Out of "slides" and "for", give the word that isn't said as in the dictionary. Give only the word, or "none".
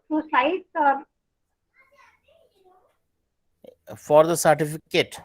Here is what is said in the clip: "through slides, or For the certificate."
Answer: slides